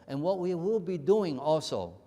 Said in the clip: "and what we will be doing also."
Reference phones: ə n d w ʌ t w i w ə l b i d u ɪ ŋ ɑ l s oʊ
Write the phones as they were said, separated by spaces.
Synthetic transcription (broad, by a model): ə n w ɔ t w i w ə l b i d u ɪ ŋ ɑ l s oʊ